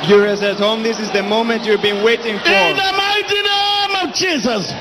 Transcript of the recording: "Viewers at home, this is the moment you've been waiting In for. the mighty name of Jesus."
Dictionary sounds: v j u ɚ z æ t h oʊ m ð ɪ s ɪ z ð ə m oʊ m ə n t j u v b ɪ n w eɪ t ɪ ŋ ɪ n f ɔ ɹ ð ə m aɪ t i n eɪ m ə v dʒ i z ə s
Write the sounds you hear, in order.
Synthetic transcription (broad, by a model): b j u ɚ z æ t h oʊ m ð ɪ s ɪ z ð ə m oʊ m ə n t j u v b ɪ n w eɪ t ɪ ŋ f ɔ ɹ ð ə m aɪ t i n eɪ m ə v dʒ i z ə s